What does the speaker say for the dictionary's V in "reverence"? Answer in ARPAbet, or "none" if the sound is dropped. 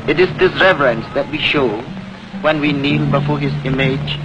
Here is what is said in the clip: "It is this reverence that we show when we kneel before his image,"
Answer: V